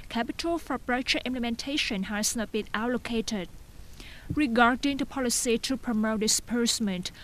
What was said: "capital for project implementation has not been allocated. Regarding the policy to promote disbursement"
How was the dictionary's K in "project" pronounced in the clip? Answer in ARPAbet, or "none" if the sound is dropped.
none